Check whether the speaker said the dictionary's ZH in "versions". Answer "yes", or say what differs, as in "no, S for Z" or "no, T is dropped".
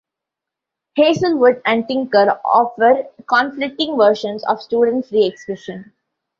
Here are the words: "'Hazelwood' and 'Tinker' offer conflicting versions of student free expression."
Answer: no, SH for ZH